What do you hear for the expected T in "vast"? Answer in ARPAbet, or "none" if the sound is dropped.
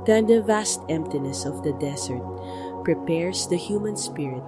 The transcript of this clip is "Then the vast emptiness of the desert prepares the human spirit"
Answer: T